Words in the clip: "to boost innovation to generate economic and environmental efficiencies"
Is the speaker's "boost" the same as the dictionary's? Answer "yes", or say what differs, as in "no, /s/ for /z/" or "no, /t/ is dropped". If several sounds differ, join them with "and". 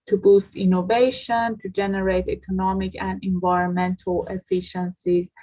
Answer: yes